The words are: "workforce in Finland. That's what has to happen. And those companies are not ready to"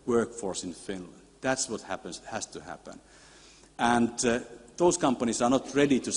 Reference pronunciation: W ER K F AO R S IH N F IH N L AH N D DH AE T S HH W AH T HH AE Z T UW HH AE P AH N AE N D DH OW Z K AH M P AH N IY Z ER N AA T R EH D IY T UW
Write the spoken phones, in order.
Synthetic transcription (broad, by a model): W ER K F AO R S IH N F IH N L AH N D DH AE T S HH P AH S HH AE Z T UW HH AE P AH N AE N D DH OW S K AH M P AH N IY S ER N AA T R EH D IY T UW